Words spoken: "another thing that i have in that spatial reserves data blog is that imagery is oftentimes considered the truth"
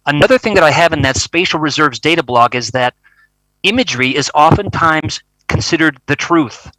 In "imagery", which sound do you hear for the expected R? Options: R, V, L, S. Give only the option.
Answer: R